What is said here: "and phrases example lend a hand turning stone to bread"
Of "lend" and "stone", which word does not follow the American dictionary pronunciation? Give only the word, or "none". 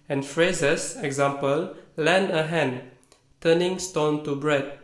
lend